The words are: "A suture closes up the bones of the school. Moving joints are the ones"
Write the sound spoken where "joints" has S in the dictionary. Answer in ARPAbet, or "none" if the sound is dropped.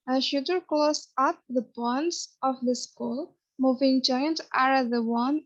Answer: none